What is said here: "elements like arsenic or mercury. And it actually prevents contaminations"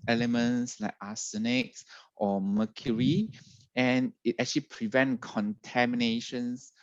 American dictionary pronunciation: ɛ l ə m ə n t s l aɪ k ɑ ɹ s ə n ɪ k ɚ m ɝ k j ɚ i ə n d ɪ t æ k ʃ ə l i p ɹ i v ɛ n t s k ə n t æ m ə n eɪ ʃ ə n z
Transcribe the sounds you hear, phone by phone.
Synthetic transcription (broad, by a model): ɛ l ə m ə n s l aɪ k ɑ s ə n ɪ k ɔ m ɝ k j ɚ i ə n ɪ t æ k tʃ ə l i p ɹ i v ɛ n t k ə n t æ m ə n eɪ ʃ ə n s